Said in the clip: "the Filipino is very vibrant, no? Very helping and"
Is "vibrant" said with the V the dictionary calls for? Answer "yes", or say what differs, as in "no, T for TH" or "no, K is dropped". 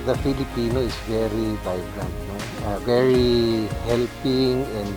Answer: no, B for V